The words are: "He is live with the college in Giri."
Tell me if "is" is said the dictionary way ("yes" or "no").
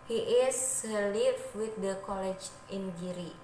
no